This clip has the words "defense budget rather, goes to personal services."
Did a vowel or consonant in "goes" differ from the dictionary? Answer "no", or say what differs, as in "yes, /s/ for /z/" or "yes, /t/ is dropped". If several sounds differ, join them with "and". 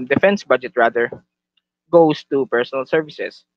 yes, /s/ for /z/